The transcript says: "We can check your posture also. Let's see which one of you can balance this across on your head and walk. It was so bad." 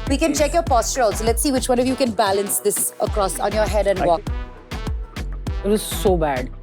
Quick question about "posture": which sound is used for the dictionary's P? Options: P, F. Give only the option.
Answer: P